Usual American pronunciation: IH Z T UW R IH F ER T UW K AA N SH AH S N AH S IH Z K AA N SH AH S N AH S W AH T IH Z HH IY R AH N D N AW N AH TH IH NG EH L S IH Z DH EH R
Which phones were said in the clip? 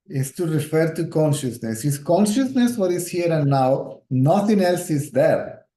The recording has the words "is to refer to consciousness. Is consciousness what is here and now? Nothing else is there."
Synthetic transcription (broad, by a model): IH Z T UW R IH F ER T UW K AA N SH AH S N AH S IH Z K AA N SH AH S N AH S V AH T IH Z HH IY R AH N D N AW N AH T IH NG EH L S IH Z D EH R